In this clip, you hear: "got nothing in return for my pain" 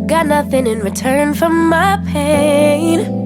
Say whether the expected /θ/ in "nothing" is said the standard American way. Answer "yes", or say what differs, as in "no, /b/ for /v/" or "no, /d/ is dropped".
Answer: yes